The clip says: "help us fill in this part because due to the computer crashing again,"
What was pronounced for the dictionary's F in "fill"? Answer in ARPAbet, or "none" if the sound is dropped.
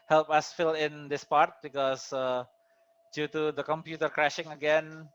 F